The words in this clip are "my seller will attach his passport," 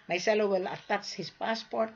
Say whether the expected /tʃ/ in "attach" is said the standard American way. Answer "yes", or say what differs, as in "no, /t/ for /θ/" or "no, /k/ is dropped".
no, /s/ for /tʃ/